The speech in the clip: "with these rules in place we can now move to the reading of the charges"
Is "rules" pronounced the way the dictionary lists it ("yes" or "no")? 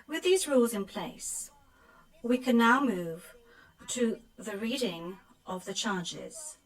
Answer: yes